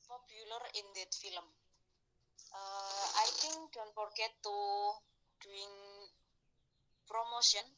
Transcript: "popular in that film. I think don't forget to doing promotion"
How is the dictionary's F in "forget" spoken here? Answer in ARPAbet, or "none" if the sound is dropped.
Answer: P